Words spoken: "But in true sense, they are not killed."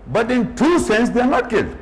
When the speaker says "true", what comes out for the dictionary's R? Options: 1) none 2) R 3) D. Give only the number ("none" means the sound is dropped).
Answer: 1